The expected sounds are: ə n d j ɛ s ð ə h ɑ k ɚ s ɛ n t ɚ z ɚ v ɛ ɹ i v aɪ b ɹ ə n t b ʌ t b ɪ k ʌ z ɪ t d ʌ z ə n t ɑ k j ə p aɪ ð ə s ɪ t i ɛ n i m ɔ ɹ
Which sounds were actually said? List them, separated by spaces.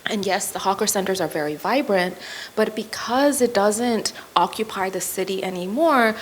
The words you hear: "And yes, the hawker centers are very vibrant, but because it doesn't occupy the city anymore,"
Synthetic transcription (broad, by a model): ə n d j ɛ s ð ə h ɑ k ɚ s ɛ n t ɚ z ɚ v ɛ ɹ i v aɪ b ɹ ə n t b ʌ t b ɪ k ʌ z ɪ t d ʌ z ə n t ɑ k j ə p aɪ ð ə s ɪ t i ɛ n i m ɔ ɹ